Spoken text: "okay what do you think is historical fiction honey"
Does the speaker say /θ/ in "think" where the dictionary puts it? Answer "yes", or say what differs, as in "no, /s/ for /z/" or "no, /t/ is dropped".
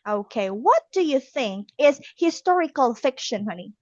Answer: yes